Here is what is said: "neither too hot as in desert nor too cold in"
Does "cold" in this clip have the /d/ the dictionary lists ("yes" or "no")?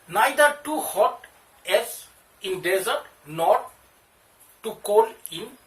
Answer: no